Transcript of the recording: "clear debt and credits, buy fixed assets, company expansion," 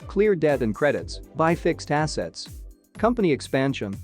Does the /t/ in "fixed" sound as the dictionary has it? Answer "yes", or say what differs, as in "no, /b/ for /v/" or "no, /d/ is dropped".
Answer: yes